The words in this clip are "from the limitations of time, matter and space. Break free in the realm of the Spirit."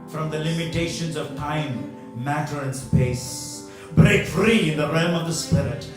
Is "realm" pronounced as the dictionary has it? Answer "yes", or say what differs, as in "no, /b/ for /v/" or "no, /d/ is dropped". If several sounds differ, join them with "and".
yes